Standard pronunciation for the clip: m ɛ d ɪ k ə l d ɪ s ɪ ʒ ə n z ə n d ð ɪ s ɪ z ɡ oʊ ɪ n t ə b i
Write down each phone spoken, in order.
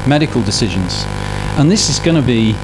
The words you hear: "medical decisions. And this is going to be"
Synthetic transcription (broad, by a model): m ɛ d ɪ k ə l d ɪ s ɪ ʒ ə n z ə n ð ɪ s ɪ z ɡ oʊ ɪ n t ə b i